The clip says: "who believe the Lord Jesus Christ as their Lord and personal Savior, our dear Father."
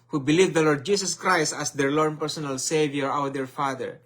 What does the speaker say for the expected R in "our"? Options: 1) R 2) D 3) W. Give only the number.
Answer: 3